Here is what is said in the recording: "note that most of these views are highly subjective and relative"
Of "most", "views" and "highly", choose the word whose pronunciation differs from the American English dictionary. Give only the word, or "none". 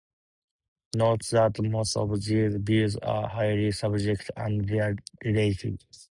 views